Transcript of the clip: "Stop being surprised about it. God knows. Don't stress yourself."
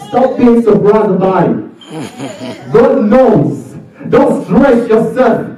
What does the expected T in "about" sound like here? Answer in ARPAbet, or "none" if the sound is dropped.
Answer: none